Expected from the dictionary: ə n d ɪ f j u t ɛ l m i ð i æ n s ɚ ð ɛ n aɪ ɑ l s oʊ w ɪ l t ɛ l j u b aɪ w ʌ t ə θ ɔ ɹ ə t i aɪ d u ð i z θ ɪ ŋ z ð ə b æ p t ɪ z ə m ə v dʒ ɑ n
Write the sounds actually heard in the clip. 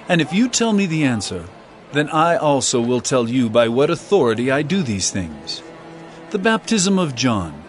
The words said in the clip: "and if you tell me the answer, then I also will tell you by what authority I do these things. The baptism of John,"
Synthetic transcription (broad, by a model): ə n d ɪ f j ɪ t ɛ l m i ð i æ n s ɚ ð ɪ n aɪ ɑ l s oʊ w ɪ l t ɛ l j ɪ b aɪ w ʌ t ə θ ɔ ɹ ə t i aɪ d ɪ ð i z θ ɪ ŋ z ð ə b æ p t ɪ z ə m ə v dʒ ɑ n